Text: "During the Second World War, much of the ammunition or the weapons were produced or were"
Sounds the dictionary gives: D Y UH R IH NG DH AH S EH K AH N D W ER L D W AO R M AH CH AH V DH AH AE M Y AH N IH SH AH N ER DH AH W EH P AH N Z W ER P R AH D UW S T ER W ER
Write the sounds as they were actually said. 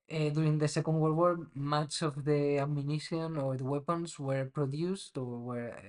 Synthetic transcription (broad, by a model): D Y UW R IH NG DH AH S EH K AH N D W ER D W AO R M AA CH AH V DH AH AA M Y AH N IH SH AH N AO DH AH W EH P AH N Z W ER P R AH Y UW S T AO W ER